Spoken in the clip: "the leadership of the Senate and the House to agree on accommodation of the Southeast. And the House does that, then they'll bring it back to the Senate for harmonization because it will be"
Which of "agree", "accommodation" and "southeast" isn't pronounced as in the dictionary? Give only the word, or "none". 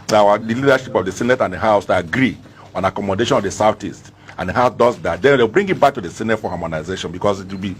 southeast